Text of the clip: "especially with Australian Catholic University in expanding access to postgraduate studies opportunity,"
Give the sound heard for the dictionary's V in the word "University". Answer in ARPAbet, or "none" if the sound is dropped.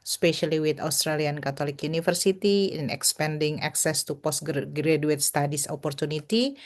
F